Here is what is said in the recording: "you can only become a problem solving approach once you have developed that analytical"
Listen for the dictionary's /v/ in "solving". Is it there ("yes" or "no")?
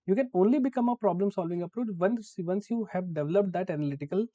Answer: yes